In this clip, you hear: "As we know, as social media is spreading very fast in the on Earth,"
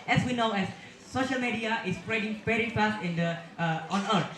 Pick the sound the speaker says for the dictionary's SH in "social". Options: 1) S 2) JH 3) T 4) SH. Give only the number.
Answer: 4